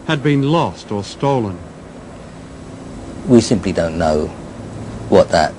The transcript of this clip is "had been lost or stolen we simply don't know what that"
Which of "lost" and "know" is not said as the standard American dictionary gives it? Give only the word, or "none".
none